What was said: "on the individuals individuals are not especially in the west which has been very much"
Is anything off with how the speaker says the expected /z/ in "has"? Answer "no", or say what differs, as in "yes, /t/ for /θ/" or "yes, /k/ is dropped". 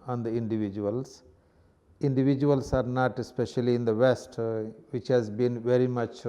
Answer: no